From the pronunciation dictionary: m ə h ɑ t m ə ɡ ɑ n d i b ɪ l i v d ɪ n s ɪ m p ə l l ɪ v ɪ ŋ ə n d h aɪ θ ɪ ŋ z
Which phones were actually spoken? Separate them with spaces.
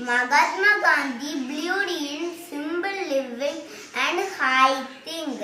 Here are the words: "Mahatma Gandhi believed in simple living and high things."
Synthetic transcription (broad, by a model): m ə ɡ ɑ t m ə ɡ ɑ n d i b l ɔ d ɪ n s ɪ m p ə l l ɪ v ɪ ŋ ə n d h aɪ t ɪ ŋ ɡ